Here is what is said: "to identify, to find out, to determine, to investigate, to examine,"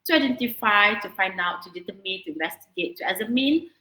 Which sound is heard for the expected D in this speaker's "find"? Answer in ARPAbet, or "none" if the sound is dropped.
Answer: D